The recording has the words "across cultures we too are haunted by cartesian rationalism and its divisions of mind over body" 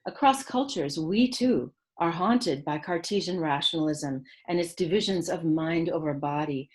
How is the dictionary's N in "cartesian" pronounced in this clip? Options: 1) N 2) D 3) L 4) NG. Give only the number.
1